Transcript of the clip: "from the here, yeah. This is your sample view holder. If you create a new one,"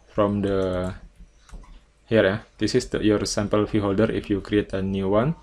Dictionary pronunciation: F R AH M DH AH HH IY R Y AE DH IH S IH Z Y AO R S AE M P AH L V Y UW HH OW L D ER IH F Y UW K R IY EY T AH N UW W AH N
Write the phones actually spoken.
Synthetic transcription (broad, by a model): F R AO M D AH HH IY R Y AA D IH S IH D Y AO R S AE M P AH L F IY HH OW L D ER IH F Y UW K R IY EY T AH N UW W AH N